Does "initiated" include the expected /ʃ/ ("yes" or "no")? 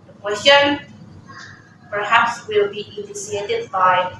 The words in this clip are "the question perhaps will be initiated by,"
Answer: no